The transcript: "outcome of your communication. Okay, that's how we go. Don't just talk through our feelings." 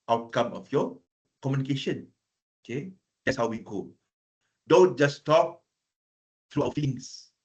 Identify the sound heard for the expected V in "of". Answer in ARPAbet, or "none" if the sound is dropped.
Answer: F